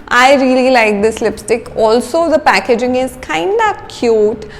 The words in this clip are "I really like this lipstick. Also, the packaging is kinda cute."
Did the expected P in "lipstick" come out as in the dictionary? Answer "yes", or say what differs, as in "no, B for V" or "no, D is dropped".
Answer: yes